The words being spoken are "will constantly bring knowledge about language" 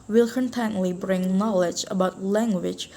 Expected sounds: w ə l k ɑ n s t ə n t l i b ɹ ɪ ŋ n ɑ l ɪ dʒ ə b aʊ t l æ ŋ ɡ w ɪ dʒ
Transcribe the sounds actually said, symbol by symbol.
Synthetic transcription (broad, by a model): w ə l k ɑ n t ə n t l i b ɹ ɪ ŋ n ɑ l ɪ dʒ ə b aʊ t l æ ŋ ɡ w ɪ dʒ